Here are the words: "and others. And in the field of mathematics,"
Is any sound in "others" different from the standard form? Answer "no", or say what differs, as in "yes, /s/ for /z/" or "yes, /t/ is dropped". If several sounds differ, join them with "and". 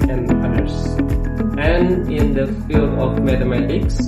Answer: yes, /ð/ is dropped and /s/ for /z/